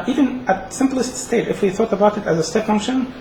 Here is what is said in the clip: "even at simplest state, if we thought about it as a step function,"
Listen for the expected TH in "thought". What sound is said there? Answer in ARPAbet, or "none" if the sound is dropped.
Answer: TH